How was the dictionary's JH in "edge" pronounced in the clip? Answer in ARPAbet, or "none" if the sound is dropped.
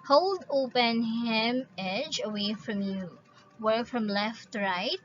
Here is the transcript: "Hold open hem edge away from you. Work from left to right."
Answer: JH